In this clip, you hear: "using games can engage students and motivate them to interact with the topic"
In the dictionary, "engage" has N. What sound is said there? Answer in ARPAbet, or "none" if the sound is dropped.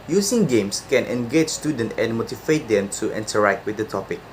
N